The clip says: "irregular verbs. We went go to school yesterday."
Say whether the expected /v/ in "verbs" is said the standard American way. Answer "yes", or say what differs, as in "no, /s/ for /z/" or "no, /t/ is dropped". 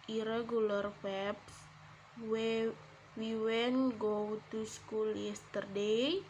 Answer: no, /w/ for /v/